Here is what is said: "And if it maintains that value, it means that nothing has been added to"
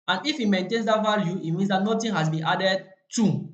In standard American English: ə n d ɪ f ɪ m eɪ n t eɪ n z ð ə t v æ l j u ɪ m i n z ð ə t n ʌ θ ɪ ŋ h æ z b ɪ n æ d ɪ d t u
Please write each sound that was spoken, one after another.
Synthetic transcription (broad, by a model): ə n ɪ f ɪ m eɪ n t eɪ n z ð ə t v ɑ l j u ɪ m i n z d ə t n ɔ t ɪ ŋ h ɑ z b ɪ n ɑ d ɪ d t u